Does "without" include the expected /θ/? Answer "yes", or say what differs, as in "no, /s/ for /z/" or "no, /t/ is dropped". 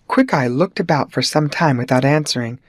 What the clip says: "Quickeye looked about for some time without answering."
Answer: yes